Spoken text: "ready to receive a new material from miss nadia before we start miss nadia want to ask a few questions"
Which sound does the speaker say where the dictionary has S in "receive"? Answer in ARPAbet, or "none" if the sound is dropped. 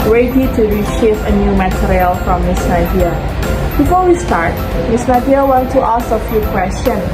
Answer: SH